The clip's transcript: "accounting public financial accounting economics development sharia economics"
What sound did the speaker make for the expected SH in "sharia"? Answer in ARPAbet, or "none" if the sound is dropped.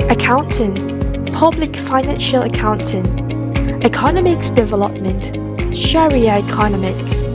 SH